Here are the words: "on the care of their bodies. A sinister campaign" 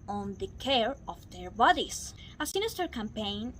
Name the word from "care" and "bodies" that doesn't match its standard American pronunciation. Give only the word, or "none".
bodies